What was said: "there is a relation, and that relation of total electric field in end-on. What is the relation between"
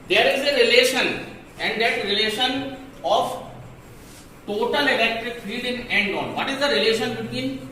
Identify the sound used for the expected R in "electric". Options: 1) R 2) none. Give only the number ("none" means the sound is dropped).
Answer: 1